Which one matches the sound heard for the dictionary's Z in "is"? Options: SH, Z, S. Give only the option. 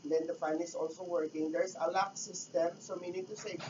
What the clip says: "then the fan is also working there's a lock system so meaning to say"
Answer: S